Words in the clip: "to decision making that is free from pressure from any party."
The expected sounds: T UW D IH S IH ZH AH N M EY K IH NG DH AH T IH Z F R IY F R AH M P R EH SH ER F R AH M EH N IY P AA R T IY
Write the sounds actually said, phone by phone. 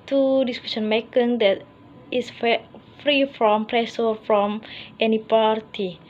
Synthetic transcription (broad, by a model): T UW D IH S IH SH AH N M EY K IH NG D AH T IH S F R IY F R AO M P R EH S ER F R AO M EH N IY P AA R T IY